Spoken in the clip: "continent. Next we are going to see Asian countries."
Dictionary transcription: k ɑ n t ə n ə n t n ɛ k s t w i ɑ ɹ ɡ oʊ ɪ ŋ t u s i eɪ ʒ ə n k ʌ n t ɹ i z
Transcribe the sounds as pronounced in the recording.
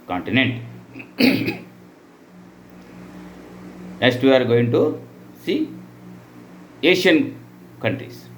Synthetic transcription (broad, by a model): k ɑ n t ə n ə n t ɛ s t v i ɑ ɹ ɡ oʊ ɪ ŋ t u s i eɪ ʃ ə n k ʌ n t ɹ i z